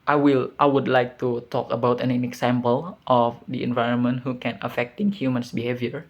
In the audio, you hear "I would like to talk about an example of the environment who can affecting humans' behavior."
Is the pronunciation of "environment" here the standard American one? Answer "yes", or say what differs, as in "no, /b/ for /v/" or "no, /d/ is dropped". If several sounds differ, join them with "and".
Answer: yes